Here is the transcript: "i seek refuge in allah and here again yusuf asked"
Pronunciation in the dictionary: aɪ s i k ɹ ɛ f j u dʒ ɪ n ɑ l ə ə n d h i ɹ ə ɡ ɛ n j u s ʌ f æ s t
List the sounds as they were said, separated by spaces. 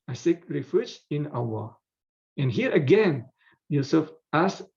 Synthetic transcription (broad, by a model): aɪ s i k ɹ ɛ f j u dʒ ɪ n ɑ w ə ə n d h i ɹ ə ɡ ɛ n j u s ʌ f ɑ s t